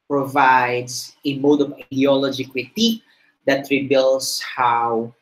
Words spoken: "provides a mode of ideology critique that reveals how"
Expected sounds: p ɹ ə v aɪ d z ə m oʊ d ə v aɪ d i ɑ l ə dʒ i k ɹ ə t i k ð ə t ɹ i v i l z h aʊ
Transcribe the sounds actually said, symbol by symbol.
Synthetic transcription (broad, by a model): p ɹ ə v aɪ d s ə m oʊ d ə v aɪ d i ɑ l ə dʒ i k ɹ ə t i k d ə t ɹ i b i l s h aʊ